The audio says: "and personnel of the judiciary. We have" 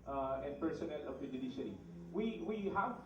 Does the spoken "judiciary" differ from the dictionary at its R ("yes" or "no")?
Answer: yes